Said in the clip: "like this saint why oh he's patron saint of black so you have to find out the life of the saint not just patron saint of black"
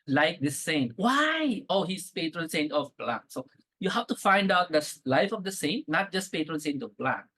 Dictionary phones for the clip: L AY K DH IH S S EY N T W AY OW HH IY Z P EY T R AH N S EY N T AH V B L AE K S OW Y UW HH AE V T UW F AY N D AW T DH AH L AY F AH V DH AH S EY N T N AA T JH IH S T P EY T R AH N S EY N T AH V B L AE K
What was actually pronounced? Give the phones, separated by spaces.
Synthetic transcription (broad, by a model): L AY K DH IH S S EY N T W AY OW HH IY S P EY T R AH N S EY N T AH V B L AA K S OW Y UW HH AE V T UW F AY N D AW T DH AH L AY F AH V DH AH S EY N T N AA T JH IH S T P EY T R AH N S EY N T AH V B L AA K